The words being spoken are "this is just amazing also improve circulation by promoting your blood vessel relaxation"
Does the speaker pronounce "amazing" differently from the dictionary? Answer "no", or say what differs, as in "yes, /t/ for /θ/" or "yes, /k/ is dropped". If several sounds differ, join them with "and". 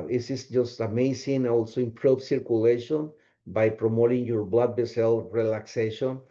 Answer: yes, /s/ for /z/